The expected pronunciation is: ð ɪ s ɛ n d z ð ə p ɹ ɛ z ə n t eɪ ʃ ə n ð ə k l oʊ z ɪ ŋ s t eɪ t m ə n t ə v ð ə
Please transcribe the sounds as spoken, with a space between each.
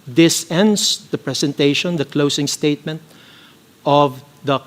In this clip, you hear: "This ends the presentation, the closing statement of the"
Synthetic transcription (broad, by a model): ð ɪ s ɛ n d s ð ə p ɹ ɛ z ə n t eɪ ʃ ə n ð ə k l oʊ s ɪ ŋ s t eɪ t m ə n t ə v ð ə